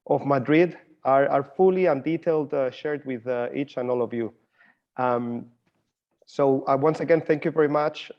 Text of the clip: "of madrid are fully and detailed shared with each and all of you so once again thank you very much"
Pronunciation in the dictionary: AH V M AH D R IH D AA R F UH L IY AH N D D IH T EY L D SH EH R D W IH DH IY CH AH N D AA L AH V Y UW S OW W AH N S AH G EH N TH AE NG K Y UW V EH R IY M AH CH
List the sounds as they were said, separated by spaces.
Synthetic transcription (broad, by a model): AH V M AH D R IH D AA R F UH L IY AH N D D IH T EY L D SH EH R D W IH DH IY CH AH N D AA L AH V Y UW S OW W AH N S AH G EH N TH AE NG K Y UW V EH R IY M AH CH